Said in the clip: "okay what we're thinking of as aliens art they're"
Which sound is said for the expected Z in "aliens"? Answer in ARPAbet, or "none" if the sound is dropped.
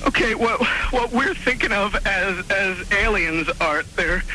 Z